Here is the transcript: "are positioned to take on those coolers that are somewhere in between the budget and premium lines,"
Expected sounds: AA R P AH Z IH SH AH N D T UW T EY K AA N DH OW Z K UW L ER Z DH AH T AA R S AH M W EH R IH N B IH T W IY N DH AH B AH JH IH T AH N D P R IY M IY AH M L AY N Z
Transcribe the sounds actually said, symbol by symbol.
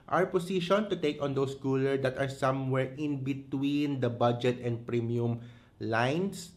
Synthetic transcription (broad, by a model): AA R P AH S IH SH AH N T UW T EY K AA N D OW S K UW L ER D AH T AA R S AH M W EH R IH N B IH T W IY N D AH B AH JH IH T AH N D P R IY M IY AH M L AY N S